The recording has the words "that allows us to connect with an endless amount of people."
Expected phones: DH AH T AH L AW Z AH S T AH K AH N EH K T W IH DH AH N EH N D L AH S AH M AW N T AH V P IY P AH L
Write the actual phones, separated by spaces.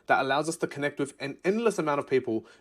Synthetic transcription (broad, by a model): DH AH T AH L AW Z AH S T AH K AH N EH K T W IH DH AH N EH N D L AH S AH M AW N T AH V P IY P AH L